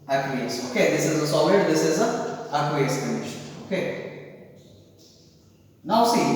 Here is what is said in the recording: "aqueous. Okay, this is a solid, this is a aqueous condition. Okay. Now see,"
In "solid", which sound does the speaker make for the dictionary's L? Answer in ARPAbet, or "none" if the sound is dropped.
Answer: W